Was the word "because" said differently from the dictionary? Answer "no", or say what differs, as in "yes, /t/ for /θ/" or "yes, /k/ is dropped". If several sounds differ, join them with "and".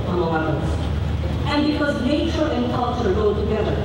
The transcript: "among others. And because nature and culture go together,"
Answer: no